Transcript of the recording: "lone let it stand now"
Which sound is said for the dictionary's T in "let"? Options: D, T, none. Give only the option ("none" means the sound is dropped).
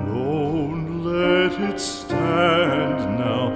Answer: T